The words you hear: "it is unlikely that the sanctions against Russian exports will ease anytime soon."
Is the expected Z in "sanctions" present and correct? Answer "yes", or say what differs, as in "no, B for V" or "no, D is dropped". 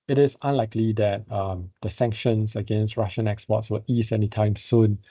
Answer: no, S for Z